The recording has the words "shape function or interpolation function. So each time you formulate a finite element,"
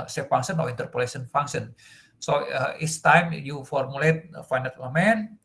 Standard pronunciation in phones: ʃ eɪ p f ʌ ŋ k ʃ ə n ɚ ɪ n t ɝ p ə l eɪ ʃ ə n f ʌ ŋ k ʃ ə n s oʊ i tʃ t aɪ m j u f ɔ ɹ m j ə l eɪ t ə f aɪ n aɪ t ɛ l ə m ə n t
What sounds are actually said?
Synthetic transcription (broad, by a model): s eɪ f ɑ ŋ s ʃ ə n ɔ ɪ n t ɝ p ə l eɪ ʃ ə n f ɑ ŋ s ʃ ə n s oʊ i s t aɪ m j u f ɔ ɹ m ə l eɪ t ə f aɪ n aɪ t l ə m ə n